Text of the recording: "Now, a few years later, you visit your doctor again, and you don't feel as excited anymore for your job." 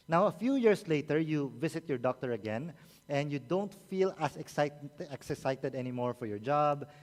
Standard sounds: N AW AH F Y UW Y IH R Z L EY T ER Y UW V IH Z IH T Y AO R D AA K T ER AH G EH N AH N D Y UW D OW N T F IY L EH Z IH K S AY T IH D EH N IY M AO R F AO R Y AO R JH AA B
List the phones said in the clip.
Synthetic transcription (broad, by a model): N AW AH F Y UW Y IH R S L EY T ER Y UW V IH S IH T Y AO R D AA K T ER AH G EH N AH N D Y UW D OW N T F IY L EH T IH K S AY T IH D EH N IY M AO R F AO R Y AO R JH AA B